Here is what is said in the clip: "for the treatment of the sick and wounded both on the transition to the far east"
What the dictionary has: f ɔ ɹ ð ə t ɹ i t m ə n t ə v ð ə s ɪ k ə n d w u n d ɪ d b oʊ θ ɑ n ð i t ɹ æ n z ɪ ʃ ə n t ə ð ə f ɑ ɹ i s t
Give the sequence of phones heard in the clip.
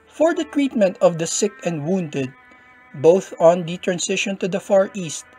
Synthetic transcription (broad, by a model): f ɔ ɹ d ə t ɹ i t m ə n t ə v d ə s ɪ k ə n d w u n d ɪ d b oʊ θ ɑ n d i t ɹ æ n s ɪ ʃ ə n t ə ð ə f ɑ ɹ i s t